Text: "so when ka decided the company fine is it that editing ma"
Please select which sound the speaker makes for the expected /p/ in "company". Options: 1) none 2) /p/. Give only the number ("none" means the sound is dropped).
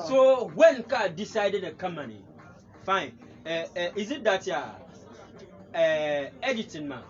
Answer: 1